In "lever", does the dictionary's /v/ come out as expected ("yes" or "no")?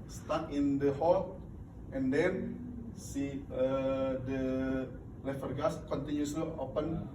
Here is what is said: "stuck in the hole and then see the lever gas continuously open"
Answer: no